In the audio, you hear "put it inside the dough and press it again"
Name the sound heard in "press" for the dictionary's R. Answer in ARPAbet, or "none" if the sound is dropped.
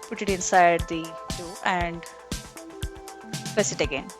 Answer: none